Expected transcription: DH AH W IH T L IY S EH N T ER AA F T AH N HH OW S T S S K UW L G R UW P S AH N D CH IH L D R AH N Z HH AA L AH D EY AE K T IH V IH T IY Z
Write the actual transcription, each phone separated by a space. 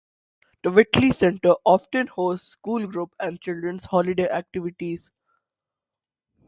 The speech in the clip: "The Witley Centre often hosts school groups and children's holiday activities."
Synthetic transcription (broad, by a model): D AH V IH T L IY S EH N T ER AA F T AH N HH OW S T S S K UW L G R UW P AH N D CH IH L D R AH N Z HH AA L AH D EY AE K T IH V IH T IY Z